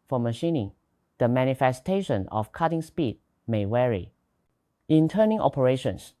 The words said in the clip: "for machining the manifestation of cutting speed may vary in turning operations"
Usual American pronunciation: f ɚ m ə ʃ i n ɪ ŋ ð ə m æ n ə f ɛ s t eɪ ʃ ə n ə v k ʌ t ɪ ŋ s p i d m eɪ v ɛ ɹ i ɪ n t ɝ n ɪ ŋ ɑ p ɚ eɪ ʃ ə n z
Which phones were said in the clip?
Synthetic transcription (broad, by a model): f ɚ m ə ʃ i n ɪ ŋ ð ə m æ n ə f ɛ s t eɪ ʃ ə n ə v k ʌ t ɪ ŋ s p i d m eɪ w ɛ ɹ i ɪ n t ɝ n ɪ ŋ ɑ p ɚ eɪ ʃ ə n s